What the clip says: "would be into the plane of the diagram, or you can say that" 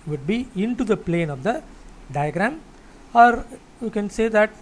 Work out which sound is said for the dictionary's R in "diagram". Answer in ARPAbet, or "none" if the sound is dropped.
R